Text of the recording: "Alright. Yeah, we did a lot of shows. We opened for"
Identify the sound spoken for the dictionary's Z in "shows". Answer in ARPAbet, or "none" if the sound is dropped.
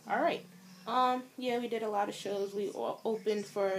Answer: Z